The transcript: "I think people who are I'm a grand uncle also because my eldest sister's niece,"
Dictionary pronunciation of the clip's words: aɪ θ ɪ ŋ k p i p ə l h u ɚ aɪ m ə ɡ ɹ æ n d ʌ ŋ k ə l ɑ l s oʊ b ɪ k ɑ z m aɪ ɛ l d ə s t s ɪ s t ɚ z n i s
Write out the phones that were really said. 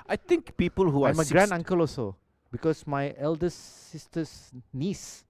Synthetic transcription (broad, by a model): aɪ t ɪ ŋ k p i p ə l h u aɪ m ə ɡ ɹ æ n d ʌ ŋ k ə l ɑ l s oʊ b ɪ k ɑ s m aɪ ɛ l d ə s s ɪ s t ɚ s n i s